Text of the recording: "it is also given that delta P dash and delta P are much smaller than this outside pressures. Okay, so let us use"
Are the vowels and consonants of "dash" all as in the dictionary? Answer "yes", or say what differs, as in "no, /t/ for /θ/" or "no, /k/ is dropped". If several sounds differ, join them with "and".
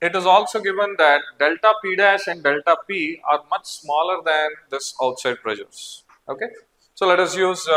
yes